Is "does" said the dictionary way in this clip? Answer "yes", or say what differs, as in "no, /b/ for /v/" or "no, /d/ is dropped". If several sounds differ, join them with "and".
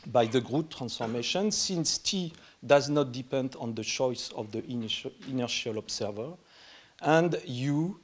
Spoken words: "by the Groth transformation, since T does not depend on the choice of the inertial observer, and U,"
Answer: yes